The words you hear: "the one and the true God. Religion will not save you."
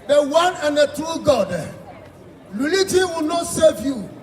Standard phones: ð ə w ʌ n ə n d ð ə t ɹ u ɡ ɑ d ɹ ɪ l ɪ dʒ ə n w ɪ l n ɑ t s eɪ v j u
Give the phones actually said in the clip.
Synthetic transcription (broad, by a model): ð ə w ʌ n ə n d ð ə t u ɡ ɑ d l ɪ l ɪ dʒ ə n w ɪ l n ɑ t s eɪ v j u